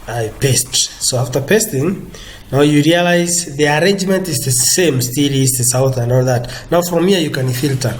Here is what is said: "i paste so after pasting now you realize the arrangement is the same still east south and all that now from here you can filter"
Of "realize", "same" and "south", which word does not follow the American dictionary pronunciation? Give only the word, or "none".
none